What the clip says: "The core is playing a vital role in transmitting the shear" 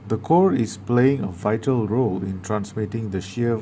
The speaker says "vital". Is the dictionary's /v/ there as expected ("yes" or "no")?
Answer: yes